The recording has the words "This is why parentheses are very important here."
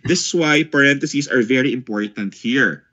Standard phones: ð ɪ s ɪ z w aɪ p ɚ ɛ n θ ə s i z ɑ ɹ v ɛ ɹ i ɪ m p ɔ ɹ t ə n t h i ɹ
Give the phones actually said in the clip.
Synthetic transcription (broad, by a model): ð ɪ s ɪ s w aɪ p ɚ ɛ n t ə s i s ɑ ɹ v ɛ ɹ i ɪ m p ɔ ɹ t ə n t h i ɹ